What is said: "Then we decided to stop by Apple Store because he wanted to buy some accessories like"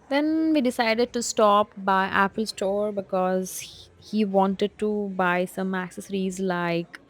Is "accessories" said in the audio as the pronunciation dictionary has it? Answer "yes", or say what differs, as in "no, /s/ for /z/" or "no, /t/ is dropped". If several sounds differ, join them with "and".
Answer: yes